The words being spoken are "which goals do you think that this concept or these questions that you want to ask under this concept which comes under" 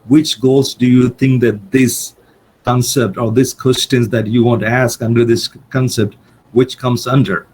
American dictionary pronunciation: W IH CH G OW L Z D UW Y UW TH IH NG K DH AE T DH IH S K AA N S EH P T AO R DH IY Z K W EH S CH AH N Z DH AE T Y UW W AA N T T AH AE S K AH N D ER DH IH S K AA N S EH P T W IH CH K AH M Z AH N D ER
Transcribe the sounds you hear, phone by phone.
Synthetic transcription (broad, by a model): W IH CH G OW L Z D UW Y UW T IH NG K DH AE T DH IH S K AA N S EH P T AO R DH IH S K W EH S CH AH N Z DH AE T Y UW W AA N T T AE S K AH N D ER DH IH S K AA N S EH P T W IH CH K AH M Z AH N D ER